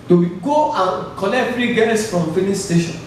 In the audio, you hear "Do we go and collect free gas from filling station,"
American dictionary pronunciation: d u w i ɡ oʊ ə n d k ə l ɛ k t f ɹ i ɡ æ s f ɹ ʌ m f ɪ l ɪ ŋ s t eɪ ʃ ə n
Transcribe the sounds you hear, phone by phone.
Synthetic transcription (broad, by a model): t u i ɡ oʊ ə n k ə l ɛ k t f ɹ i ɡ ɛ s f ɹ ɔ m f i n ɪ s s t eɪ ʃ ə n